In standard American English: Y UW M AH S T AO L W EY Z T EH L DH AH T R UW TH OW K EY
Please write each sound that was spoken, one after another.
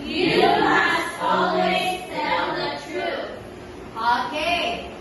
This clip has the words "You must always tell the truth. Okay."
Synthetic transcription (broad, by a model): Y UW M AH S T AO L W EY Z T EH N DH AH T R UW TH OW K EY